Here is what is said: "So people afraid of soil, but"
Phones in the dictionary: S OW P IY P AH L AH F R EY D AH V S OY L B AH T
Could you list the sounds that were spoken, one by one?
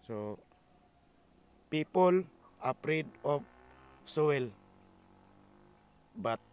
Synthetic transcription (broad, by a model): S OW P IY P AH L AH P R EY D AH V S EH L B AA T